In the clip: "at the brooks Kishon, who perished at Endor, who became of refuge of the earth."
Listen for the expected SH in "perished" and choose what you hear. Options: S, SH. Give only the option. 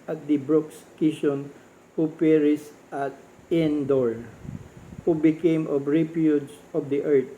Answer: S